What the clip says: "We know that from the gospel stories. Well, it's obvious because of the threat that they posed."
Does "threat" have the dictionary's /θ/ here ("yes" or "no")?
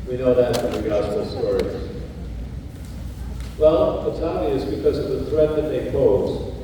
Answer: yes